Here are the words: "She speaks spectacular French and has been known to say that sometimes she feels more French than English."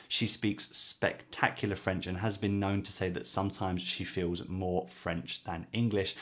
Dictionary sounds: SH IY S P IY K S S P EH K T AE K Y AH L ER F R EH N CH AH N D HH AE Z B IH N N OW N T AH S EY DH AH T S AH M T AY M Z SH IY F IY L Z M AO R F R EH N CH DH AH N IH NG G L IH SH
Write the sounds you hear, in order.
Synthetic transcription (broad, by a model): SH IY S P IY K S S P EH K T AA K Y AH L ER F R EH N CH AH N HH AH Z B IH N N OW N T AH S EY DH AH T S AH M T AY M Z SH IY F IY L Z M AO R F R EH N CH DH AH N IH NG G L IH SH